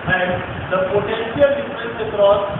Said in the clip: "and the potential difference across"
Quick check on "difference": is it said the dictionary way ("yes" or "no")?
no